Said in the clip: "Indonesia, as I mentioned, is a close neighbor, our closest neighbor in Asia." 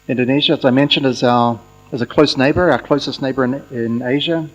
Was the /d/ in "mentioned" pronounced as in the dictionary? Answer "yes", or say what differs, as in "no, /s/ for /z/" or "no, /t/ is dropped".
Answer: yes